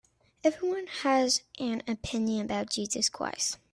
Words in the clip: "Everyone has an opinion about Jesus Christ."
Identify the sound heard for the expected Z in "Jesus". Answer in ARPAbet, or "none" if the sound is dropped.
Z